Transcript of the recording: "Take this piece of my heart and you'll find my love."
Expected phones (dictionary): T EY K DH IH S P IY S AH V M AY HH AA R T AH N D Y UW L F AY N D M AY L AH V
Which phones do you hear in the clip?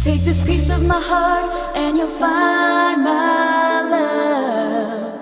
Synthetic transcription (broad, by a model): T EY K DH IH S P IY S AH V M AY HH AA R T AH N Y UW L F AY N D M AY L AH